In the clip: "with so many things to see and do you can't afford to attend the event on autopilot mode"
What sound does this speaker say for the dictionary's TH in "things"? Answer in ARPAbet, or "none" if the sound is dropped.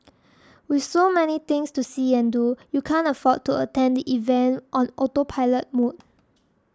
T